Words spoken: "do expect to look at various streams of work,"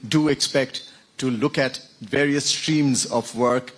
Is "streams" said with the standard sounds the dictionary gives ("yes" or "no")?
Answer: yes